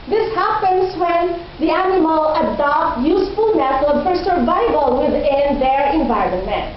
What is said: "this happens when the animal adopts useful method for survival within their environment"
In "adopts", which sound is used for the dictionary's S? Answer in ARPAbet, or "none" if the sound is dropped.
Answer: none